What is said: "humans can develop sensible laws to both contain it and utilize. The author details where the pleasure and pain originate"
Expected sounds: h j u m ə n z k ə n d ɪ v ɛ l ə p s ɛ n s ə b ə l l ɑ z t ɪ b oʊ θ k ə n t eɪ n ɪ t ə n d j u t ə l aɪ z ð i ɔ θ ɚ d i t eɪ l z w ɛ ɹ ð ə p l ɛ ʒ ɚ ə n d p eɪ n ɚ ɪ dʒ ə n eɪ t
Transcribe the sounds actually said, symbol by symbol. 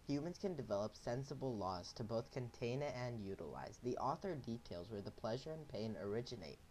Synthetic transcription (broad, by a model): h j u m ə n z k ə n d ɪ v ɛ l ə p s ɛ n s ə b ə l l ɑ z t ɪ b oʊ θ k ə n t eɪ n ɪ t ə n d j u t ə l aɪ z ð i ɔ θ ɚ d i t eɪ l z w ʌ ɹ ð ə p l ɛ ʒ ɚ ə n p eɪ n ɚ ɪ dʒ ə n eɪ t